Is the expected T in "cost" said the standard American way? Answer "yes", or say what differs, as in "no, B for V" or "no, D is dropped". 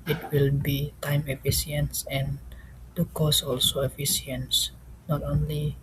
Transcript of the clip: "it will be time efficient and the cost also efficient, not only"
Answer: no, T is dropped